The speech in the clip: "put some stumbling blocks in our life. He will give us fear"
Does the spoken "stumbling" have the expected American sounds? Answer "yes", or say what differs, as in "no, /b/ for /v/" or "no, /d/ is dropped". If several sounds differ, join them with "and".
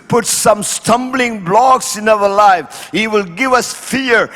yes